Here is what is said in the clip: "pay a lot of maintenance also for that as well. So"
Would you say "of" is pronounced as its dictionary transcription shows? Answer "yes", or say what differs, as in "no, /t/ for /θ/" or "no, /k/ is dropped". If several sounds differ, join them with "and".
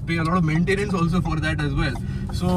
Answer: yes